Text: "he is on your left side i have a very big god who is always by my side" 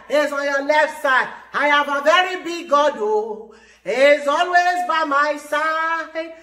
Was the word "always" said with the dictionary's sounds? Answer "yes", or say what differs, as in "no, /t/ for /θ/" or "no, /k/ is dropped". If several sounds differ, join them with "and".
yes